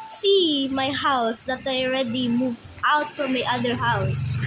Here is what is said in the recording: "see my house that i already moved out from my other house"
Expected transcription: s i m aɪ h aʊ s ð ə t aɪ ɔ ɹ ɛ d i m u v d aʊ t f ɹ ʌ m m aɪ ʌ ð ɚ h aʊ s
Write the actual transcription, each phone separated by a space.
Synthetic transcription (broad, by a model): s i m aɪ h aʊ s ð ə t aɪ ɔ ɹ ɛ d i m u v aʊ t f ɹ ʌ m m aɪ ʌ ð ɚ h aʊ s